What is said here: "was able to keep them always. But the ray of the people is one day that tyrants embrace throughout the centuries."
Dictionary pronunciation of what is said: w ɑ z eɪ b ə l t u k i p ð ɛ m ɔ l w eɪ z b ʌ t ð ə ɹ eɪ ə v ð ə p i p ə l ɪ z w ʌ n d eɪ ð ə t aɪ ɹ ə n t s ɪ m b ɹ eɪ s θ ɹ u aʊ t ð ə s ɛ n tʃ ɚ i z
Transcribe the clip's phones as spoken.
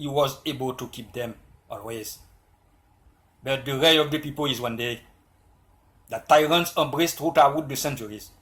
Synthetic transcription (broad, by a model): w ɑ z eɪ b ə l t u k i p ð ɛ m ɔ l w eɪ z b ʌ t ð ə ɹ eɪ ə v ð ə p i p ə l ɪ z w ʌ n d eɪ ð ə t aɪ ɹ ə n t s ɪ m b ɹ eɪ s t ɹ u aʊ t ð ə s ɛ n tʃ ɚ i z